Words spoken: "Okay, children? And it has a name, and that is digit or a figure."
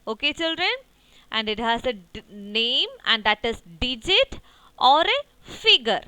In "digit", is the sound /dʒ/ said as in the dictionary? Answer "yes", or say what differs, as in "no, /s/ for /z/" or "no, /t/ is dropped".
yes